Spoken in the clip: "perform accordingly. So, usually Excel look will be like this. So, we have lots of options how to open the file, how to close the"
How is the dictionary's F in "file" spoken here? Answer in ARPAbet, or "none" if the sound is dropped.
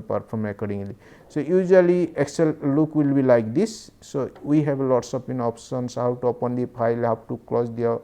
P